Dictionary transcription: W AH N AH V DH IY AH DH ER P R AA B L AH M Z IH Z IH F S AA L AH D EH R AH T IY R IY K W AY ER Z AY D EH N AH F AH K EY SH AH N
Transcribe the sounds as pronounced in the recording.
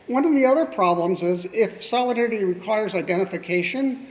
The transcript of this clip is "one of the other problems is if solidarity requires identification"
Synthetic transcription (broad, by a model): W AH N AH V DH IY AH DH ER P R AA B L AH M Z IH Z IH F S AA L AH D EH R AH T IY R IY K W AY ER Z AY D EH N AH F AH K EY SH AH N